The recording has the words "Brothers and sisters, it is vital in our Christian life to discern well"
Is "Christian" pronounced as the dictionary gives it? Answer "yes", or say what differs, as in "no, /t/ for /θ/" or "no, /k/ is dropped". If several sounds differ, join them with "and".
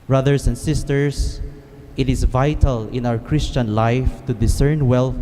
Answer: yes